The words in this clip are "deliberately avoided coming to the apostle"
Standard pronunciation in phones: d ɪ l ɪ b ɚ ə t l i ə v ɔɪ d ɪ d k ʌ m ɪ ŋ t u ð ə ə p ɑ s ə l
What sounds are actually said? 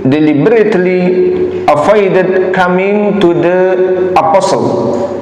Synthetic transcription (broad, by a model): d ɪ l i b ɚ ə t l i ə f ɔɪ d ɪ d k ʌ m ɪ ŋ t u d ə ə p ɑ s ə l